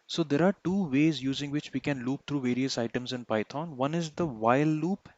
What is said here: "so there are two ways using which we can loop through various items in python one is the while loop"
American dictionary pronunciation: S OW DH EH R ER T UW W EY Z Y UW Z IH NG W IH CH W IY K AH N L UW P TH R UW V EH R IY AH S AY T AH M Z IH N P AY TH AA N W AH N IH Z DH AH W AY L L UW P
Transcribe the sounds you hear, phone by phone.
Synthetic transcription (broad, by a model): S OW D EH R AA T UW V EY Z Y UW Z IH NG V IH CH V IY K AH N L UW P T R UW V EH R IY AH S AY T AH M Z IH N P AY T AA N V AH N IH Z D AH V AY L L UW P